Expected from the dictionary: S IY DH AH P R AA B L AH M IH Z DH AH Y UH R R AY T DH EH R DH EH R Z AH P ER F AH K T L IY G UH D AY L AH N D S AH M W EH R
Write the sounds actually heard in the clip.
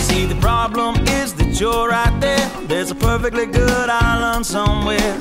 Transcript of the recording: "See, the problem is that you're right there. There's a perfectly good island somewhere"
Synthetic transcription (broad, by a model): S IY DH AH P R AA B L AH M IH Z DH AH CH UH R R AY T DH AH R DH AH R Z AH P ER F AH K T L IY G UH D AY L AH N S AH M W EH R